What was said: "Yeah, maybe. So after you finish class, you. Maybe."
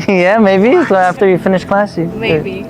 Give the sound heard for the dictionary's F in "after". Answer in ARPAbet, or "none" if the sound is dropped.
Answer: F